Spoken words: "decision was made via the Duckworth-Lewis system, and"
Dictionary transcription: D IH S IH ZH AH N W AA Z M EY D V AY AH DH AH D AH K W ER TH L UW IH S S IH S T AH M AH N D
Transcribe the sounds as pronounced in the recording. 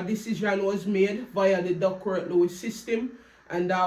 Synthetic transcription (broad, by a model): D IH S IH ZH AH N W AA Z M EY D V AY AH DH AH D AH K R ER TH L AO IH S S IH S T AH M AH N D